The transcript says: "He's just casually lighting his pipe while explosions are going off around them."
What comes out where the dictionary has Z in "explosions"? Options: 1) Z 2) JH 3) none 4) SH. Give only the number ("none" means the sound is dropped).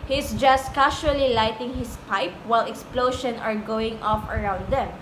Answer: 3